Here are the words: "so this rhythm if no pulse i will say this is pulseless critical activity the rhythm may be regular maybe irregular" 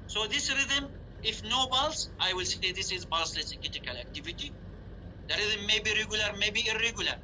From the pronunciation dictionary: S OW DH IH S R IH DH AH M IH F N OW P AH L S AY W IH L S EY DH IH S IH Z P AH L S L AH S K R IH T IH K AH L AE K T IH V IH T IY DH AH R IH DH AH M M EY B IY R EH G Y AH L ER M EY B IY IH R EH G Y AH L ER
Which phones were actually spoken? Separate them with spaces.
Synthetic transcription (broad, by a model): S OW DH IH S R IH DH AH M IH F N OW B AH L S AY W IH L S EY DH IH S IH Z B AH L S L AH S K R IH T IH K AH L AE K T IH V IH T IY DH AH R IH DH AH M M EY B IY R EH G Y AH L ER M EY B IY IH R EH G Y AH L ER